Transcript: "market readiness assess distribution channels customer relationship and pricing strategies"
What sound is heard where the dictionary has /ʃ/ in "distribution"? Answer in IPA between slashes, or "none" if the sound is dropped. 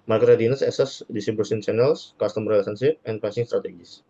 /s/